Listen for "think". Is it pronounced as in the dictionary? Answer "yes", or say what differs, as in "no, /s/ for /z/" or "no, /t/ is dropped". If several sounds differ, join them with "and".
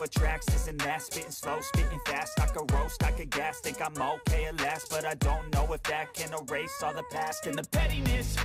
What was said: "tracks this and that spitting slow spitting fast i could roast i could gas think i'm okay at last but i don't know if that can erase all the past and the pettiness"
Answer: no, /t/ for /θ/ and /ŋ/ is dropped